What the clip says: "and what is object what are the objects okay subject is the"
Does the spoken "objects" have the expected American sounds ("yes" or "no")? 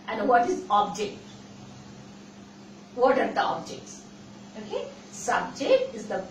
yes